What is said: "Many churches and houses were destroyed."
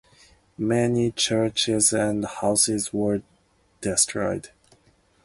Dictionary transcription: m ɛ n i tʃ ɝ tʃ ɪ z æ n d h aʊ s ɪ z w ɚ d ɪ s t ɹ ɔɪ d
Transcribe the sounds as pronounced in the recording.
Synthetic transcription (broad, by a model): m ɛ n i tʃ ɝ tʃ ɪ z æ n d h aʊ s ɪ z w ɚ d ɪ s t ɹ ɔɪ d